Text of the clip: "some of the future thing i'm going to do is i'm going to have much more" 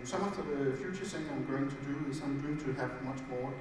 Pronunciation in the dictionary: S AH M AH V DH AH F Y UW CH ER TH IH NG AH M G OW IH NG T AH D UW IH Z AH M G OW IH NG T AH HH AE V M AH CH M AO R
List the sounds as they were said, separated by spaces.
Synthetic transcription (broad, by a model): S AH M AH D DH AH F Y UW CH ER S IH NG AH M G OW IH NG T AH D UW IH S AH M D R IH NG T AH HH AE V M AH CH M AO